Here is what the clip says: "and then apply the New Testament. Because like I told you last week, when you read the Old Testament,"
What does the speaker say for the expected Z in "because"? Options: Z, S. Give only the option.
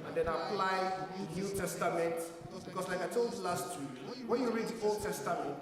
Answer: S